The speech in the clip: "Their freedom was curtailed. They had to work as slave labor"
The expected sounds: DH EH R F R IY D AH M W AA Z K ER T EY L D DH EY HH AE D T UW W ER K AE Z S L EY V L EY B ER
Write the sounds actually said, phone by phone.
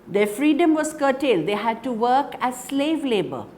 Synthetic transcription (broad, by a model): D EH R F R IY D AH M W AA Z K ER T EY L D EY HH AE D T UW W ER K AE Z S L EY V L EY B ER